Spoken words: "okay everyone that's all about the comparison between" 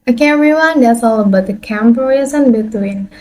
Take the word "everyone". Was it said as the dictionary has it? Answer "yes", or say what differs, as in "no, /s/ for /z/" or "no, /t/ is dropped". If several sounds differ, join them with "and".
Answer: no, /v/ is dropped